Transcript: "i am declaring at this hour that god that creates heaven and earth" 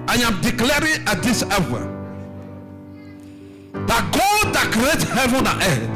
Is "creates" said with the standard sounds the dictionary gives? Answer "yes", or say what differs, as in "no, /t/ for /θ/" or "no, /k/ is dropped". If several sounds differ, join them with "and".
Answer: no, /s/ is dropped